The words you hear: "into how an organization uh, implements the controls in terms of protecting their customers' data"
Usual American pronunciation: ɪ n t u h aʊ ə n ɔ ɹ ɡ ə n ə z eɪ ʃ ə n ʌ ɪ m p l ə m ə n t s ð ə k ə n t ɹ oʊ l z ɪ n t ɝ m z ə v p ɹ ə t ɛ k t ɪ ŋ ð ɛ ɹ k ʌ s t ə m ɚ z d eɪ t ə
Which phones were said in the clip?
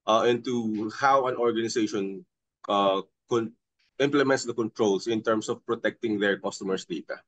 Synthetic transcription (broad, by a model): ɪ n t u h aʊ ə n ɔ ɹ ɡ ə n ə s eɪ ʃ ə n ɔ ɪ m p l ə m ə n t s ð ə k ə n t ɹ oʊ l s ɪ n t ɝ m s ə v p ɹ ə t ɛ k t ɪ ŋ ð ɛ ɹ k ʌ s t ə m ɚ s d eɪ t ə